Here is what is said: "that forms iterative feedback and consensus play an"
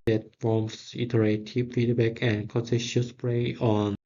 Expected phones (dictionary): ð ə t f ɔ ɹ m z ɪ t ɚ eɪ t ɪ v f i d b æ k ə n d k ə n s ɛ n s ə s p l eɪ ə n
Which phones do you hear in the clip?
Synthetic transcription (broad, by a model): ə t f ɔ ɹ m s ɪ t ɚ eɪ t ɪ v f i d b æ k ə n k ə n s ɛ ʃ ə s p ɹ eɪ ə n